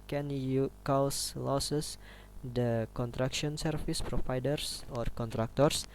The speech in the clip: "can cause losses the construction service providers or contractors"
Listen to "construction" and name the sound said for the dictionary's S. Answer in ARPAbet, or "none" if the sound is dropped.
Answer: none